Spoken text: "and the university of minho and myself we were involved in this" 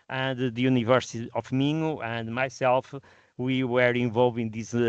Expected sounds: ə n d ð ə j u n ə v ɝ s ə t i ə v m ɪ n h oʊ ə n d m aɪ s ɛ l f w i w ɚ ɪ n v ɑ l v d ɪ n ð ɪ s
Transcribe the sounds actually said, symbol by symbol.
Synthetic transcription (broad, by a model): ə n d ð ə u n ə v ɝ s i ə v m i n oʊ ə n d m aɪ s ɛ l f w i w ɚ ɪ v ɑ l v ɪ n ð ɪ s